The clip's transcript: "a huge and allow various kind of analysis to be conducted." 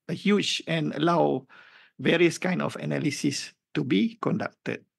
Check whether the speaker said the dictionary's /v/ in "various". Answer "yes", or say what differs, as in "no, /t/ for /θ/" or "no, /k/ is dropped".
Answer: yes